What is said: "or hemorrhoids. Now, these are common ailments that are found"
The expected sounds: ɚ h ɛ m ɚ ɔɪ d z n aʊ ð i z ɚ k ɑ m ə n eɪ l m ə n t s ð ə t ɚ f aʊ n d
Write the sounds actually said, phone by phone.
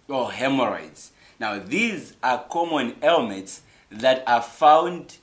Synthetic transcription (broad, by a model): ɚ h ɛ m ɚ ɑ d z n aʊ ð i z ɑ k ɑ m ə n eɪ l m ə n t s ð ə t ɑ f aʊ n d